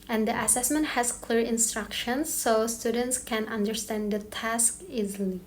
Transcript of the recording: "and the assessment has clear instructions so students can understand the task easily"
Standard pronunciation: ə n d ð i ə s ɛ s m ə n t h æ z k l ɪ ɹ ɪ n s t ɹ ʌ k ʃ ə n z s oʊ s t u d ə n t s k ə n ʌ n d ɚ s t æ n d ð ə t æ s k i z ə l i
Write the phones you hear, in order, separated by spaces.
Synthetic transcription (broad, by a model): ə n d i ə s ɛ s m ə n t h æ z k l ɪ ɹ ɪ n s t ɹ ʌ k ʃ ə n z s oʊ s t u d ə n t s k ə n ʌ n d ɚ s t æ n d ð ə t æ s k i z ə l i